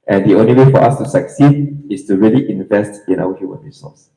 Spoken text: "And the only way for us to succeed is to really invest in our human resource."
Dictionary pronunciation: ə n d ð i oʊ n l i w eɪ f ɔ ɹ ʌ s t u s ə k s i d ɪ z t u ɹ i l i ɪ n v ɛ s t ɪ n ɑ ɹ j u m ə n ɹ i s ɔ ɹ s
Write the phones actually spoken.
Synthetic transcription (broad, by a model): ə n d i oʊ n l i w eɪ f ɔ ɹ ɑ s t u s ə k s i d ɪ s t u ɹ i l i ɪ n v ɛ s t ɪ n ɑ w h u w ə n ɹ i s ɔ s